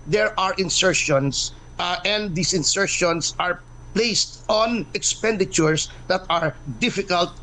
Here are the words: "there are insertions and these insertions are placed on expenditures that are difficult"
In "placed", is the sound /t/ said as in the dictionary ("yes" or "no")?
yes